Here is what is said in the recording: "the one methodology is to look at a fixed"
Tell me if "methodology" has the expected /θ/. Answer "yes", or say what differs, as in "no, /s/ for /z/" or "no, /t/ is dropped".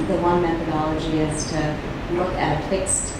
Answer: yes